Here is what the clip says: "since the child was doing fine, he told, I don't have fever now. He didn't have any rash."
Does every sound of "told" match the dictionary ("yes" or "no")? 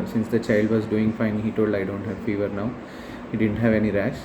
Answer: yes